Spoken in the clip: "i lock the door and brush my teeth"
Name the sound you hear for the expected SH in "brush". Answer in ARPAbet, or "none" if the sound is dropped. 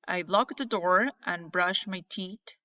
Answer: SH